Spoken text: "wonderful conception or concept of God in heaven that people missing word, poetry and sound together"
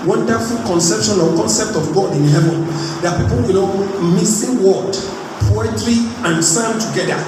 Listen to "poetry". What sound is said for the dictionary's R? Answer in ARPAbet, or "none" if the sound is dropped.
L